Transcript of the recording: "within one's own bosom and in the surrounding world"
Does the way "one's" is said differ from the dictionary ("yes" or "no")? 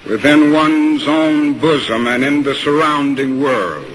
no